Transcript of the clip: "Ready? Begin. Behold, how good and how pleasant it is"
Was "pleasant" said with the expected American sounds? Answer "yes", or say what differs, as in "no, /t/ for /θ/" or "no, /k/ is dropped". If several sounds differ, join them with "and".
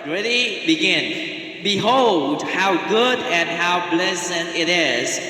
no, /b/ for /p/